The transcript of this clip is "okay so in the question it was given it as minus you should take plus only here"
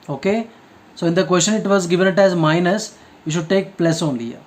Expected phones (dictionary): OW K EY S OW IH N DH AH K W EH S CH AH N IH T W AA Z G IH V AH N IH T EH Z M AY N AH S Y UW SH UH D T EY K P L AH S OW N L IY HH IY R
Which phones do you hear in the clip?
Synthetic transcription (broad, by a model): OW K EY S OW IH N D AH K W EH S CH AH N IH T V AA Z G IH V AH N IH T EH Z M AY N AH S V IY SH UH D T EY K P L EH S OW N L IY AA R